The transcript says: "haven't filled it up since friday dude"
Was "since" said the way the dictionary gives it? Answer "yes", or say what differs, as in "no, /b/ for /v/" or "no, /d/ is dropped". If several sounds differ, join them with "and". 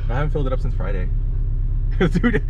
yes